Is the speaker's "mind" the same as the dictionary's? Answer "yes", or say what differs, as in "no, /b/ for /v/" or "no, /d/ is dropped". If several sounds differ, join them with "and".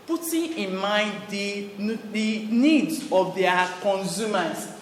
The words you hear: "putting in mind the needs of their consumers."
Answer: no, /n/ is dropped